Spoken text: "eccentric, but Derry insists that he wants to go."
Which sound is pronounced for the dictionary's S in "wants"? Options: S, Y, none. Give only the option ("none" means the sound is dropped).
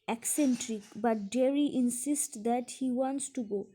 S